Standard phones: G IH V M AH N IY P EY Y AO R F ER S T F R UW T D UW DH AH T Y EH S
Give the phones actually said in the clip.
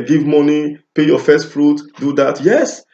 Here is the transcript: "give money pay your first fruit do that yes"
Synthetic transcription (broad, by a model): G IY V M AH N IY P EY Y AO F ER S T F R UW T D UW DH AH T Y EH S